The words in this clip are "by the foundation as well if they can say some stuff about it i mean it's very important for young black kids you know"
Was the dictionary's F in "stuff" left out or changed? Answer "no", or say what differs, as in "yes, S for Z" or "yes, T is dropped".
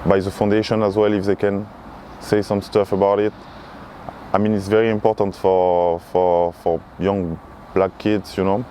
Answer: no